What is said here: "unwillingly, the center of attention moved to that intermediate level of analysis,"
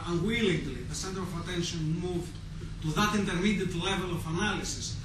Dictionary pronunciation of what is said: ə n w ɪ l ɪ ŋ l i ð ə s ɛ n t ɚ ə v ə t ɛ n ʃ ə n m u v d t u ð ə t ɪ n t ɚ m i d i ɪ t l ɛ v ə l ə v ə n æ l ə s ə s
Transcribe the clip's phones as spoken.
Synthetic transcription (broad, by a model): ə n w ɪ l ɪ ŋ l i ð ə s ɛ n t ɚ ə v ə t ɛ n ʃ ə n m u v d t u ð ə t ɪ n t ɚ m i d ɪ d l ɛ v ə l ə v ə n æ l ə s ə s